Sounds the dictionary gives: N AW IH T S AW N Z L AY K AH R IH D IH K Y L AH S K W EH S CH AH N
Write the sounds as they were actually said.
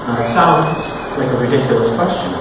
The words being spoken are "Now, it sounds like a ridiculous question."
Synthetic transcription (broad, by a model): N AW IH T S AW N Z L AY K AH R IH D IH K Y L AH S K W EH S CH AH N